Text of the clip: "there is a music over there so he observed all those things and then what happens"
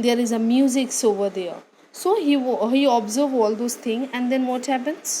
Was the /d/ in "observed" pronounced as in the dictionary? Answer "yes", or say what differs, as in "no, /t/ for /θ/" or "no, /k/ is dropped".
no, /d/ is dropped